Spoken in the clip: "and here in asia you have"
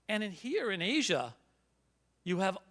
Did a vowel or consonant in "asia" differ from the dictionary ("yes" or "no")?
no